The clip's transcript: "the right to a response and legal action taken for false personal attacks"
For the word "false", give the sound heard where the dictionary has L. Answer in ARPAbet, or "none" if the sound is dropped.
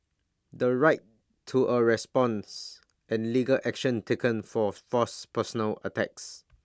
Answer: none